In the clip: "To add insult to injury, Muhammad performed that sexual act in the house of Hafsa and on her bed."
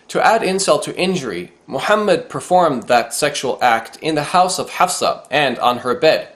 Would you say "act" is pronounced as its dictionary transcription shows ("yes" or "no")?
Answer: yes